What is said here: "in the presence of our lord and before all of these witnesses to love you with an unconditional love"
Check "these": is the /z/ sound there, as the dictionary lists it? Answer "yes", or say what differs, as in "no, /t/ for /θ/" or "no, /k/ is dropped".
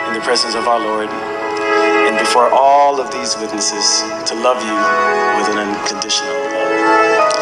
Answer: yes